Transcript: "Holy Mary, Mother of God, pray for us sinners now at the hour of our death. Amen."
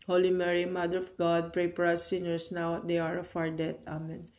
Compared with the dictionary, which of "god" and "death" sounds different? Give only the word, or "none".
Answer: death